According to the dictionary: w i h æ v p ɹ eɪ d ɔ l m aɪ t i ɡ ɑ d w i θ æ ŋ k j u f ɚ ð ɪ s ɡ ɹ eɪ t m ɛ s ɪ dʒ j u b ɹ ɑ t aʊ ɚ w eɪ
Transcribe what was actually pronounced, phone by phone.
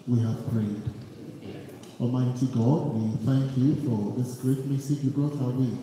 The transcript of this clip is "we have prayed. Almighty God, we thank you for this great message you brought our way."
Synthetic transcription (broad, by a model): w i h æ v p ɹ eɪ d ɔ m aɪ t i ɡ ɑ d w i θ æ ŋ k j u f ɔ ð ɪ s ɡ ɹ eɪ t m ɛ s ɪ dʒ j u b ɹ ɑ t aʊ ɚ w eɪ